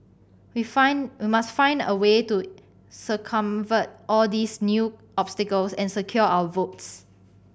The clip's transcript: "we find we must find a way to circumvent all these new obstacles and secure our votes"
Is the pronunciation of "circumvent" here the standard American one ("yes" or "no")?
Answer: no